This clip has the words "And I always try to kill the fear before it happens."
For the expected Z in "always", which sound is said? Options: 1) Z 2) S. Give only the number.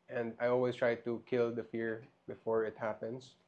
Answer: 2